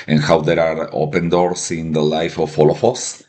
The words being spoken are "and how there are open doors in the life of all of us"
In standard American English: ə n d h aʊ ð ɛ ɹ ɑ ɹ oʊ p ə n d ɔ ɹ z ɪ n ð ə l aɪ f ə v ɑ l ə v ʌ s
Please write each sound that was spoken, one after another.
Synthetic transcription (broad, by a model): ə n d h aʊ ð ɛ ɹ ɑ ɹ oʊ p ə n d ɔ ɹ s ɪ n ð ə l aɪ f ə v ɑ l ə f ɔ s